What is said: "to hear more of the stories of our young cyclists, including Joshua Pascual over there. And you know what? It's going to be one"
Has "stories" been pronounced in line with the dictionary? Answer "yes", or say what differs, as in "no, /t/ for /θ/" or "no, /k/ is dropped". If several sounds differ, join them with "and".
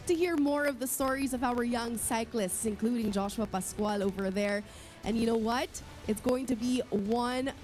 yes